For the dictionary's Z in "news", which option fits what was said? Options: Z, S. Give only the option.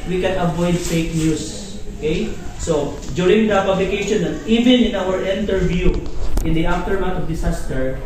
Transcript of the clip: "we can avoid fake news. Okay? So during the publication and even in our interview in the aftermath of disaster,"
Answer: S